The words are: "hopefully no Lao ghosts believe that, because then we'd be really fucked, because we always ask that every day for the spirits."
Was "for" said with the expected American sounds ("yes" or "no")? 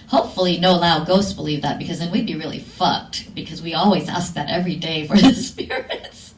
yes